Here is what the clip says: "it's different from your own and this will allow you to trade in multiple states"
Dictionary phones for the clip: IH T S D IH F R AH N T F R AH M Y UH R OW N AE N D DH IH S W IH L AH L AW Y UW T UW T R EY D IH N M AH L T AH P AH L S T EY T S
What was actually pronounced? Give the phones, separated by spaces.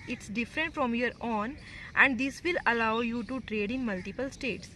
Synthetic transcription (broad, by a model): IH T S D IH F R AH N T F R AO M Y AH R OW N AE N D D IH S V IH L AH L AW Y UW T UW T R EY D IH N M AH L T AH P AH L S T EY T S